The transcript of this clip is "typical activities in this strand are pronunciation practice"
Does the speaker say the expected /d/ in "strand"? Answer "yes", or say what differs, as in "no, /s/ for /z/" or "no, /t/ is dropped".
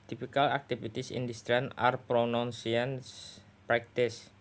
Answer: no, /d/ is dropped